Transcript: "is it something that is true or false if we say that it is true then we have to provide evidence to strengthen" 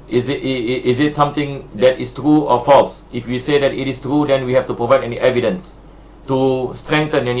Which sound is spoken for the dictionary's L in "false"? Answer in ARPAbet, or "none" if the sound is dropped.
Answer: L